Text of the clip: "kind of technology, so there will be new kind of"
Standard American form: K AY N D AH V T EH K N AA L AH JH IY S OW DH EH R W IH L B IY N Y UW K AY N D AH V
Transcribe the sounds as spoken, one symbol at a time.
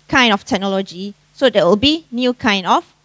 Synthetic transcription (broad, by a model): K AY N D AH F T EH K N AA L AH JH IY S OW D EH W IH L B IY N Y UW K AY N D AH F